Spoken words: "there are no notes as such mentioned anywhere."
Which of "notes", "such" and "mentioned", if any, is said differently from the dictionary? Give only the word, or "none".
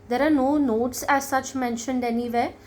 none